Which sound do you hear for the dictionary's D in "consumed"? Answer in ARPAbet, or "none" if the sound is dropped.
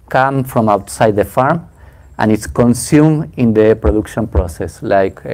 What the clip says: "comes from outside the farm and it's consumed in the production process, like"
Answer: none